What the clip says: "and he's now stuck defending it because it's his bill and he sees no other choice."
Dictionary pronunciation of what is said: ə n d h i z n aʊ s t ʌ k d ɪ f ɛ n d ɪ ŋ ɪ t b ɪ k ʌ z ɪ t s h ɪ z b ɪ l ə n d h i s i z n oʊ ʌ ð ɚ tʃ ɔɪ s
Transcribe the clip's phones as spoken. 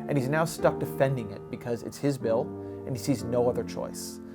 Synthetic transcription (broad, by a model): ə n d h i z n aʊ s t ʌ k d ɪ f ɛ n d ɪ ŋ ɪ t b ɪ k ʌ z ɪ t s h ɪ z b ɪ l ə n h i s i z n oʊ ʌ ð ɚ tʃ ɔɪ s